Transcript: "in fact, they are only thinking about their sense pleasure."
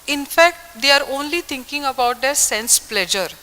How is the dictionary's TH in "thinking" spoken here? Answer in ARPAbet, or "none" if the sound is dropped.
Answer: T